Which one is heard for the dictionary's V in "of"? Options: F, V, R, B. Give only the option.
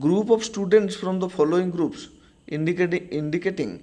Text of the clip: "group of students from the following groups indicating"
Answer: B